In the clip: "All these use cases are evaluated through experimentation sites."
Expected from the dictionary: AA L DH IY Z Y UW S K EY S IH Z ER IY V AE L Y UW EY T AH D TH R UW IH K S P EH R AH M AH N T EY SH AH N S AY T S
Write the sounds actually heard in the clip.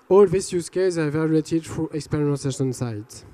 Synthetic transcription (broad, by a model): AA L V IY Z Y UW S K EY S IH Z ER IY V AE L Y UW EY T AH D F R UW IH K S P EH R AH AH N S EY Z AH N S AY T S